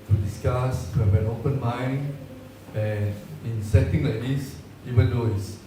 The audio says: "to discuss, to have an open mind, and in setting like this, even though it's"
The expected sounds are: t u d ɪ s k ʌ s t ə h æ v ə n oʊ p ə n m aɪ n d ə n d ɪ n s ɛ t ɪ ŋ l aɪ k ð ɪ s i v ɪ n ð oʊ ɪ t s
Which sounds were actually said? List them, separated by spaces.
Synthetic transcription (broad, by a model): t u d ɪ s k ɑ s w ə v ə n oʊ p ə n m aɪ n ə n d ɪ n s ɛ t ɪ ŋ l aɪ k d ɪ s i v ɪ n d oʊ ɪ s